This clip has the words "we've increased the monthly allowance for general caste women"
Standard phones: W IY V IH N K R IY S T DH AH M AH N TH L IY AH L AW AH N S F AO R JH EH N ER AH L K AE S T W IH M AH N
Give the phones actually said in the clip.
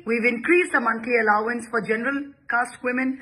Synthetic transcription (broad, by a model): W IY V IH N K R IY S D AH M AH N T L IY AH L AW AH N S F AO R JH EH N ER AH L K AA S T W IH M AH N